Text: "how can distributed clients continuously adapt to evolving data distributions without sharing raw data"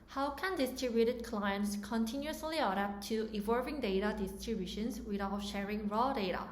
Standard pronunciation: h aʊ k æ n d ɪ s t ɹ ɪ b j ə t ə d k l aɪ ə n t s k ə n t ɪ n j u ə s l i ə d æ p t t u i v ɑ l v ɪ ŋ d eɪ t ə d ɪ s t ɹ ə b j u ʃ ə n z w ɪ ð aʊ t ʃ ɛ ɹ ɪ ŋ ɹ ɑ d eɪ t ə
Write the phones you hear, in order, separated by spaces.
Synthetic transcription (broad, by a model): h aʊ k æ n d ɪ s t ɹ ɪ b j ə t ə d k l aɪ ə n t s k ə n t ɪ n j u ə s l i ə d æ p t t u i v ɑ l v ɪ ŋ d eɪ t ə d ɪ s t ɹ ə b j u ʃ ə n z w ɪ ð aʊ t ʃ ɛ ɹ ɪ ŋ ɹ ɑ d eɪ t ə